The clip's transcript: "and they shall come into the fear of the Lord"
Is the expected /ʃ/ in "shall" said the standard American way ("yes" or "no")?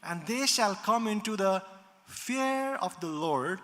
yes